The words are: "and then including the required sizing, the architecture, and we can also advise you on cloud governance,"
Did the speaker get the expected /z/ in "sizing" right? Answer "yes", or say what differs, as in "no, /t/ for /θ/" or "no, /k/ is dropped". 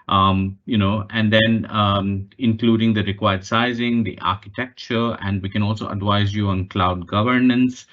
yes